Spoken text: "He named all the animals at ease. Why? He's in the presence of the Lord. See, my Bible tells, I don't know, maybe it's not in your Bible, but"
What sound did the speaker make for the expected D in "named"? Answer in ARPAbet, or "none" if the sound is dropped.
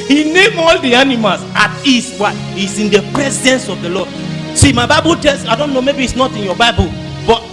none